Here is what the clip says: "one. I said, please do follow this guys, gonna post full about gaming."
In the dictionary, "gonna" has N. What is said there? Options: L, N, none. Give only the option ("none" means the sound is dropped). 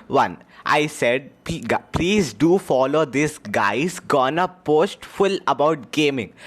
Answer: N